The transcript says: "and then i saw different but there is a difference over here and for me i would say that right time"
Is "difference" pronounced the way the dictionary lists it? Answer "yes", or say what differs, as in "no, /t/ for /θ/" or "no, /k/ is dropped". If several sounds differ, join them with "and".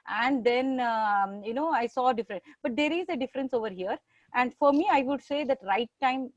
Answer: yes